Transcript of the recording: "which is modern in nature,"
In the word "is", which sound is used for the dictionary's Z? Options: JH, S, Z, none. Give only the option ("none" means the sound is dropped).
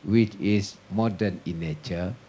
S